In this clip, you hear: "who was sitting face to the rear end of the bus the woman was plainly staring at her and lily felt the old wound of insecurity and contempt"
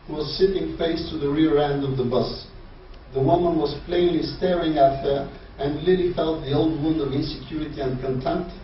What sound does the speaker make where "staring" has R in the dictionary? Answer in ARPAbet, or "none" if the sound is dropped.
R